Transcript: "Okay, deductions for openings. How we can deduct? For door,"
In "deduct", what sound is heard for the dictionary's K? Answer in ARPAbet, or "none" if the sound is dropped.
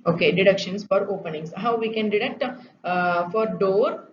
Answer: K